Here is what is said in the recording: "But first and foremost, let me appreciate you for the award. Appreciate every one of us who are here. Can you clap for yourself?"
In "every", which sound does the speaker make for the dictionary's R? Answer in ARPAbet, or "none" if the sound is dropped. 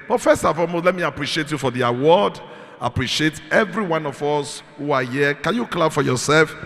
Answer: R